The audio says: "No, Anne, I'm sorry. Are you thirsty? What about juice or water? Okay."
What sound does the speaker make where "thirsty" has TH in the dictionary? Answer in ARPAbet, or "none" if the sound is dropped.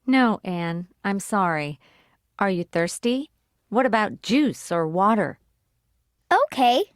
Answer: TH